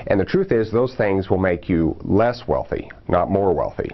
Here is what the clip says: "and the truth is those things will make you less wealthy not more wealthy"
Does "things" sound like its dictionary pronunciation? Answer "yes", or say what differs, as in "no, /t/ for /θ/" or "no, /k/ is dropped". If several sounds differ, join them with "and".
yes